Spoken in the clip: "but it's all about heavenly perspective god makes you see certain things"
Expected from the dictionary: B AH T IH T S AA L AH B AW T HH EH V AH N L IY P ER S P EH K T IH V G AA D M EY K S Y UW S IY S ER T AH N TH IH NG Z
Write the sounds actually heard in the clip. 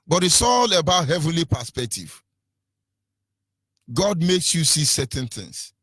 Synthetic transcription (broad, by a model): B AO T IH S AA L AH B AW T HH EH V AH N L IY P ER S P EH K T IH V G AA D M EY K S Y UW S IY S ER T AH N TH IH NG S